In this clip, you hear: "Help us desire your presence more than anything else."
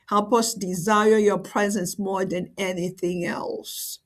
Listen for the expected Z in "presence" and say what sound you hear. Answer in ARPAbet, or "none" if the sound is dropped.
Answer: Z